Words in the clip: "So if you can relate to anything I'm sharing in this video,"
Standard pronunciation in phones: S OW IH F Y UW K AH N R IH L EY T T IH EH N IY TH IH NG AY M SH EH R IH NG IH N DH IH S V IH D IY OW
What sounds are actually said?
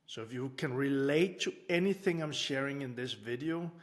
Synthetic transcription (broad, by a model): S OW IH F Y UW K AH N R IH L EY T T IH EH N IY TH IH NG AY M SH EH R IH NG IH N DH IH S V IH D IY OW